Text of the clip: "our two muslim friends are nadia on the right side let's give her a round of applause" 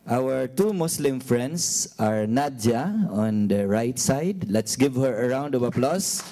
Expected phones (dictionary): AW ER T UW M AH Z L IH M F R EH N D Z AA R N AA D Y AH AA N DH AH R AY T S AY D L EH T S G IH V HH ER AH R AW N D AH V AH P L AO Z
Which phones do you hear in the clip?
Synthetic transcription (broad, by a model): AW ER T UW M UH S L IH M F R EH N D S AA R N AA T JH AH AA N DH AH R AY T S AY D L EH T S G IH V HH ER AH R AW N D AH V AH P L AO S